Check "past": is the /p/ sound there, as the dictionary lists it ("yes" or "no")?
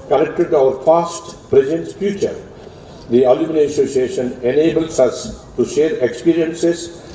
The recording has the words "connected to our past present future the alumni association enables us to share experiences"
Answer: no